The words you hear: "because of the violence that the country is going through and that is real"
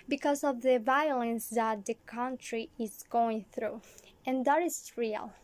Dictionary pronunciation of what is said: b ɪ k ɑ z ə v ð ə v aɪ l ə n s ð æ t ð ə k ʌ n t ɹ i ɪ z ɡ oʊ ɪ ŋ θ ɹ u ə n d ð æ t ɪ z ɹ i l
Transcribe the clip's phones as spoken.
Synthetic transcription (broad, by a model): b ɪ k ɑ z ə v ð ə v aɪ l ə n s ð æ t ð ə k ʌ n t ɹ i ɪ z ɡ oʊ ɪ ŋ θ ɹ u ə n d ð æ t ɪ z ɹ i l